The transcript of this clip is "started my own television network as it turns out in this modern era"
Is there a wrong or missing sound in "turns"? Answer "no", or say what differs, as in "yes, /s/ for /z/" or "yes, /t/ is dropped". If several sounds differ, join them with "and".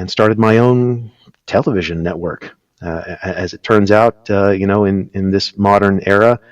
no